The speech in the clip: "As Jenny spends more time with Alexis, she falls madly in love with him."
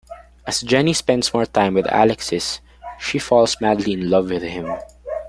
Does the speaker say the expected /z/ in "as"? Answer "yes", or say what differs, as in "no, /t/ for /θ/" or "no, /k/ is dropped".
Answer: no, /s/ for /z/